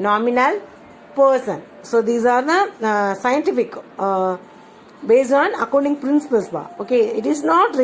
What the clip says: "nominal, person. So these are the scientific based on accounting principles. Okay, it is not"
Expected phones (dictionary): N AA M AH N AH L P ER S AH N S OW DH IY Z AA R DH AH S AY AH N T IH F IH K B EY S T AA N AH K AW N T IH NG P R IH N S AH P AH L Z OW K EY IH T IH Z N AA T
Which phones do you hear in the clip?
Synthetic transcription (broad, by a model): N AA M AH N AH L P ER S AH N S OW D IY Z AA R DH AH S AY AH N T IH F IH K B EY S AA N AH K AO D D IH NG P R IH N S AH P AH L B OW K EY IH T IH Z N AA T